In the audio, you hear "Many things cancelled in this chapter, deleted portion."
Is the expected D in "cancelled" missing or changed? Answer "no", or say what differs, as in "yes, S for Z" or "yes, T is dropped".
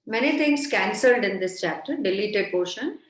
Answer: no